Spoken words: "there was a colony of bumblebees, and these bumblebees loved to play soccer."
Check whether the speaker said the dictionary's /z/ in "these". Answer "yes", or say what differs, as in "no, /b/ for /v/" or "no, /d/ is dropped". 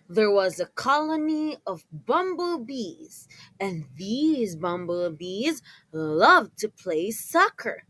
yes